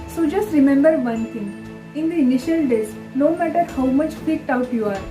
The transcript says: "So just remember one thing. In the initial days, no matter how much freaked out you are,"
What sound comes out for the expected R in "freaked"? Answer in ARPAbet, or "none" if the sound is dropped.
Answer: none